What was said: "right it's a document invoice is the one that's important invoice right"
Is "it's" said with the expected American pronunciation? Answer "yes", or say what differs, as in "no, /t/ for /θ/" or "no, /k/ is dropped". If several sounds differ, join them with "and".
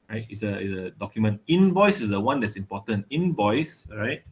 no, /s/ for /t/